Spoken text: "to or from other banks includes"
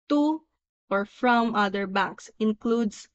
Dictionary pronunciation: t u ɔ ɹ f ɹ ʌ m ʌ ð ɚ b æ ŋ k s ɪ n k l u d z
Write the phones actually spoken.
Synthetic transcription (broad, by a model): t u ɔ ɹ f ɹ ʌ m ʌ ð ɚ b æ k s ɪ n k l u d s